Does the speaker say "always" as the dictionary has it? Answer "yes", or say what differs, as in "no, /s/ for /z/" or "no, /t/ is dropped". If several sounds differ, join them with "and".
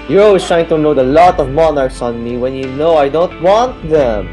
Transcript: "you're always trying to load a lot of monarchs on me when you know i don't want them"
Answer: no, /s/ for /z/